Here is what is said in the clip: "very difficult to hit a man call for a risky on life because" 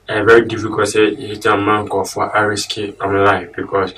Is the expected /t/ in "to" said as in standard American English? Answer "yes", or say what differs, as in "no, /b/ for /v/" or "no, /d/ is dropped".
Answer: no, /s/ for /t/